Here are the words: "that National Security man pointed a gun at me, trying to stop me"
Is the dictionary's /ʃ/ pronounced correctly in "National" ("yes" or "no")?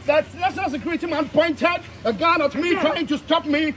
no